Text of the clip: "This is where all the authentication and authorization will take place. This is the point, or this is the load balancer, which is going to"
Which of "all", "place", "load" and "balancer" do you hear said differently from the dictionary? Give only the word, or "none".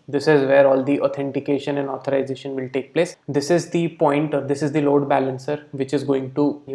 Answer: none